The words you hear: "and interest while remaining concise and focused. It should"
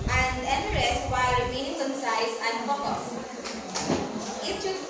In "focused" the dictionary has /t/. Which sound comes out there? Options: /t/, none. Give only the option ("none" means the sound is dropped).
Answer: none